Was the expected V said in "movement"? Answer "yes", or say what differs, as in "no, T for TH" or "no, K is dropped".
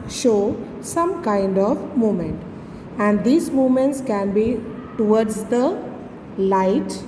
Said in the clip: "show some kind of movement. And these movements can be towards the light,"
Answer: no, V is dropped